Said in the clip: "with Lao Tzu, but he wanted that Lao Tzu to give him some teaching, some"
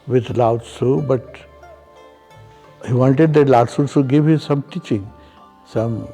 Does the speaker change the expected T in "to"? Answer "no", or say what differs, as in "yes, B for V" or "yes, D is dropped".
yes, S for T